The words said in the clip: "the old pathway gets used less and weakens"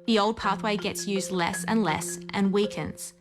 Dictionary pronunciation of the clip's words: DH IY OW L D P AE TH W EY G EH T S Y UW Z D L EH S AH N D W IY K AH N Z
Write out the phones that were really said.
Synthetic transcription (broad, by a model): DH IY OW L D P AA TH W EY G EH T S Y UW Z D L EH S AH N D W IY K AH N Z